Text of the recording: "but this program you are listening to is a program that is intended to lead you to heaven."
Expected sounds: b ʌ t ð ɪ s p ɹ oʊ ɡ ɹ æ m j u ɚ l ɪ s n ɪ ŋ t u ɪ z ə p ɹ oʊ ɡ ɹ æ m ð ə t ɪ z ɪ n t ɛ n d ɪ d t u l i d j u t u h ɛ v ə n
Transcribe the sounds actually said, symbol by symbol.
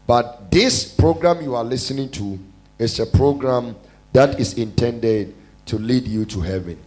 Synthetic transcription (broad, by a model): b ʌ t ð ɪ s p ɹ oʊ ɡ ɹ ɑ m j u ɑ l ɪ s n ɪ ŋ t u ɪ s ə p ɹ oʊ ɡ ɹ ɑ m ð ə t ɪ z ɪ n t ɛ n d ɪ d t u l i d j u t u h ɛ v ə n